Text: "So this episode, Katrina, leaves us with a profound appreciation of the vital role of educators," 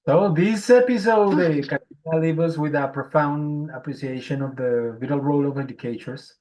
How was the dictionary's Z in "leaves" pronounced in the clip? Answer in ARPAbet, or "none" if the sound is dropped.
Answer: none